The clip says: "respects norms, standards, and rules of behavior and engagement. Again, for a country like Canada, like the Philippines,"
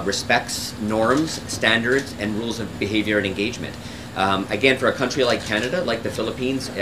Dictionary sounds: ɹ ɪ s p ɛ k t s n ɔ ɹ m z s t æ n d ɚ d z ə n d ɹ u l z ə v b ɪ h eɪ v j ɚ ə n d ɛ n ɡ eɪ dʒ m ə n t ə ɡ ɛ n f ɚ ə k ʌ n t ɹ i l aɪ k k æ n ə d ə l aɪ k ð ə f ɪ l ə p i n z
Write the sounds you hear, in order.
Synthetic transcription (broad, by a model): ɹ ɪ s p ɛ k t s n ɔ ɹ m z s t æ n d ɚ d z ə n ɹ u l z ə v b ɪ h eɪ v j ɚ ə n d ɛ n ɡ eɪ dʒ m ə n t ə ɡ ɛ n f ɚ ə k ʌ n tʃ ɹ i l aɪ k k æ n ə d ə l aɪ k ð ə f ɪ l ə p i n z